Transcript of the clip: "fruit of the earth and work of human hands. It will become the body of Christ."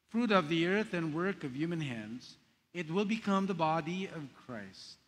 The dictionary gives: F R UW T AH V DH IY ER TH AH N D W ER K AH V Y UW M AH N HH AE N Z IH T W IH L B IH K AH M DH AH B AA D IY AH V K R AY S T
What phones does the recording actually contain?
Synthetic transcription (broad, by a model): F R UW T AH V DH IY ER TH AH N W ER K AH V Y UW M AH N HH AE N Z IH T W IH L B IH K AH M DH AH B AA D IY AH V K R AY S T